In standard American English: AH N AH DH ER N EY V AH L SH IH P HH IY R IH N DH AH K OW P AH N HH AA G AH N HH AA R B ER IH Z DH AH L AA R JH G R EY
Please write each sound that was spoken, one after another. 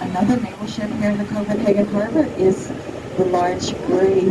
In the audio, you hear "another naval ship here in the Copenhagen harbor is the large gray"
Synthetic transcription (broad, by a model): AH N AH DH ER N EY B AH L SH IH P HH IY R IH N DH AH K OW F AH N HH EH G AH N HH AA R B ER IH Z DH AH L AA R JH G R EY